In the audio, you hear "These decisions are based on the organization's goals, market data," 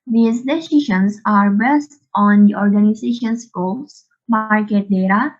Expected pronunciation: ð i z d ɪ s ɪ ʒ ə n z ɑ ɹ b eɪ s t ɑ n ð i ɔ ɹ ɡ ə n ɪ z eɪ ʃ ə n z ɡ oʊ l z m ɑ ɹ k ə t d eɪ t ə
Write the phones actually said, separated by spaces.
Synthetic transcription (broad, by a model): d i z d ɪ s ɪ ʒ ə n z ɑ ɹ b eɪ s t ɑ n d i ɔ ɹ ɡ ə n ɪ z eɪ ʃ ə n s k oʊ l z m ɑ ɹ k ə t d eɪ t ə